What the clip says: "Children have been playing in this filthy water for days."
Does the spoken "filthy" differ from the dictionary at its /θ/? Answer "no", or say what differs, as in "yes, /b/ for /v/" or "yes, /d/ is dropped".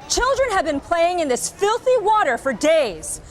no